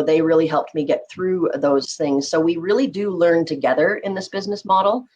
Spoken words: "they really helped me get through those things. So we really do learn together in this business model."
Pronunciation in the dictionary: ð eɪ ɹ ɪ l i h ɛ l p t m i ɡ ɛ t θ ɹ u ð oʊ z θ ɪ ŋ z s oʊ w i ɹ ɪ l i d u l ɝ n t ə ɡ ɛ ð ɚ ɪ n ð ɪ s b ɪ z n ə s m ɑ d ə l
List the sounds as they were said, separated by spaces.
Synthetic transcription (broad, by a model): ð eɪ ɹ ɪ l i h ɛ l p t m i ɡ ɛ t θ ɹ u ð oʊ z θ ɪ ŋ z s oʊ w i ɹ ɪ l i d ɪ l ɝ n t ə ɡ ɛ ð ɚ ɪ n ð ɪ s b ɪ z n ə s m ɑ d l